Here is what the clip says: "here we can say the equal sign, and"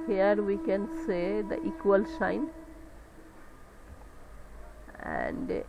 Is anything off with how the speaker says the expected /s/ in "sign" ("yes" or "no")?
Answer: yes